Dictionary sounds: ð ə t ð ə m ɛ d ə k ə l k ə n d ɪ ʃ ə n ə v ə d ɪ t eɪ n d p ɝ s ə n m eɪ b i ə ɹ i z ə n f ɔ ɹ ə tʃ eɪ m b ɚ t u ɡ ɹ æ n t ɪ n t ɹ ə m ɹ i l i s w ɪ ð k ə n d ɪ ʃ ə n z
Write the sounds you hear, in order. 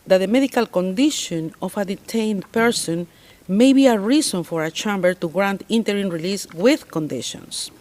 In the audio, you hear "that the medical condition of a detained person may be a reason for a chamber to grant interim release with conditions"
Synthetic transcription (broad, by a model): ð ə t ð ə m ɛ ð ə k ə l k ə n d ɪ ʃ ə n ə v ə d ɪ t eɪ n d p ɝ s ə n m eɪ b i ə ɹ i s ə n f ɔ ɹ ə tʃ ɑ m b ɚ t u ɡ ɹ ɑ n t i n t ɹ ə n ɹ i l i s w ɪ ð k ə n d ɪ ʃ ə n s